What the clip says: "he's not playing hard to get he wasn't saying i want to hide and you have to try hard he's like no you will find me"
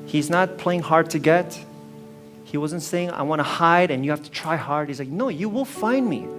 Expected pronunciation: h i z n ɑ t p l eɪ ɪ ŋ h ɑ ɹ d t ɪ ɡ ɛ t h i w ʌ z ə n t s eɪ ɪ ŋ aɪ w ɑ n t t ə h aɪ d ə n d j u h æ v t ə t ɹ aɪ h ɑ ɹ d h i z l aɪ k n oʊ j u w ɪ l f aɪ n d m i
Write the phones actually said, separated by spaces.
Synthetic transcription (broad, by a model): h i z n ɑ t p l eɪ ɪ ŋ h ɑ ɹ d t ɪ ɡ ɛ t h i w ʌ z ə n t s eɪ ɪ ŋ aɪ w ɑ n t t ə h aɪ d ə n j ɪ h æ f t ə t ɹ aɪ h ɑ ɹ d h i z l aɪ k n oʊ j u w ɪ l f aɪ n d m i